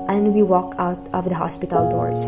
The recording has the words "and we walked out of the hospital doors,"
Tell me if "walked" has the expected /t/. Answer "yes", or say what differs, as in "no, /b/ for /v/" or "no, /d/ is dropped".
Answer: no, /t/ is dropped